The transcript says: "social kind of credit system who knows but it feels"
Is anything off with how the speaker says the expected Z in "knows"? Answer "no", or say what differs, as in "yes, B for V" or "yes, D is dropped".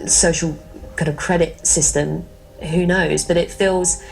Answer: no